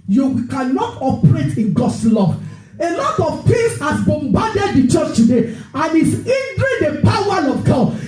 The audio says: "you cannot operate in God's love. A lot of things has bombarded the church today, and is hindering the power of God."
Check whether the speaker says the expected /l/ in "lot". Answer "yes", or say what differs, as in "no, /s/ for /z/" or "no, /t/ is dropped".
yes